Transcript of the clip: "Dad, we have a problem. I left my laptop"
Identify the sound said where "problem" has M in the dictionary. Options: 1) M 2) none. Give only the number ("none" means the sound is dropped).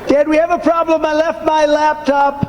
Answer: 1